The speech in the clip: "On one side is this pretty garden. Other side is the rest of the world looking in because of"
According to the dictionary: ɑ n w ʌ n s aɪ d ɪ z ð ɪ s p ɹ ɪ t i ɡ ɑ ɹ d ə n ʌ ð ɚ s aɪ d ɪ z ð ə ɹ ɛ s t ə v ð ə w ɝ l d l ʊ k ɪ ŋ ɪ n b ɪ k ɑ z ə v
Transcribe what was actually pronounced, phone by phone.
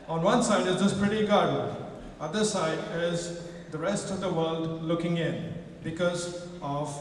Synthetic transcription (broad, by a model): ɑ n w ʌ n s aɪ d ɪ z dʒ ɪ s p ɹ ɪ t i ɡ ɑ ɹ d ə ʌ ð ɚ s aɪ d ɪ z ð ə ɹ ɛ s t ə v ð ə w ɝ l d l ʊ k ɪ ŋ ɪ n b ɪ k ɑ z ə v